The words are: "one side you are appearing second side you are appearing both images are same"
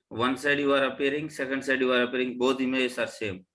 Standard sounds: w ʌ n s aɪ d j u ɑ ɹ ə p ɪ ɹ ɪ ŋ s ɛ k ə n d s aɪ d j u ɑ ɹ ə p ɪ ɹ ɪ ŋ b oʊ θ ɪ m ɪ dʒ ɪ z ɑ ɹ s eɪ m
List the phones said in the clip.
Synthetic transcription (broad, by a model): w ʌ n s aɪ d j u ɑ ɹ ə p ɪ ɹ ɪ ŋ s ɛ k ə n d s aɪ d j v ɑ ɹ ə p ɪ ɹ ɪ ŋ b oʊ t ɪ m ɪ ɪ s ɑ ɹ s eɪ m